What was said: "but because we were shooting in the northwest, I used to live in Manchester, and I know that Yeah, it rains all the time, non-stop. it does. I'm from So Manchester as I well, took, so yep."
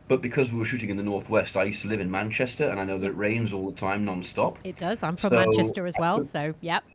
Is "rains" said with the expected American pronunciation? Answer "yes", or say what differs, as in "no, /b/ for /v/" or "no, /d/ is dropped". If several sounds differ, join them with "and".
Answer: yes